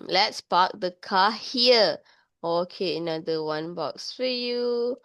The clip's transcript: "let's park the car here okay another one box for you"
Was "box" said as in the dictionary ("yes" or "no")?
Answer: yes